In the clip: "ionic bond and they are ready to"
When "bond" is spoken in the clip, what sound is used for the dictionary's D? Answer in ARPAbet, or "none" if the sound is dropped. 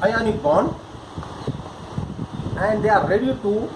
none